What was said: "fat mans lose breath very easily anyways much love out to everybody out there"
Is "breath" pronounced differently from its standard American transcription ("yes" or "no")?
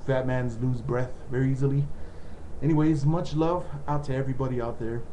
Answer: no